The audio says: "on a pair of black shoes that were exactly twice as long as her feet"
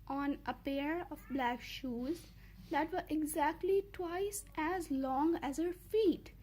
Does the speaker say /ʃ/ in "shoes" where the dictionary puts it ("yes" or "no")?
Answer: yes